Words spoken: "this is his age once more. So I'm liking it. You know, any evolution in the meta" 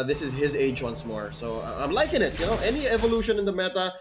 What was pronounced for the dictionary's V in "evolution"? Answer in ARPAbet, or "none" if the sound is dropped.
V